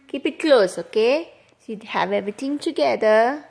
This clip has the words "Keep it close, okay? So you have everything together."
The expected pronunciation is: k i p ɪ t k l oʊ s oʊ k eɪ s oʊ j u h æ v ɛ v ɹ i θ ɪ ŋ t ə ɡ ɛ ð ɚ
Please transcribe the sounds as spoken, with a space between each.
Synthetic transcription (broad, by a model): k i p ɪ t k l oʊ s oʊ k eɪ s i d h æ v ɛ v ɹ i t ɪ ŋ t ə ɡ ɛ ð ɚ